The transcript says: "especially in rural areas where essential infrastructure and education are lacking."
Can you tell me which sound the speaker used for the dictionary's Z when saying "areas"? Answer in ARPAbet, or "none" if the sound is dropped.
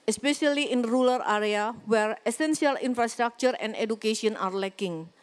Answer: none